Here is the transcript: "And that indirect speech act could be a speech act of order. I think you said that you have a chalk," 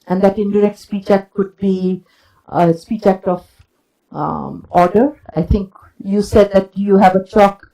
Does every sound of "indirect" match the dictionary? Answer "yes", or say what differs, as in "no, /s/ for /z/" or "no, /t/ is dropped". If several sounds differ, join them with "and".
yes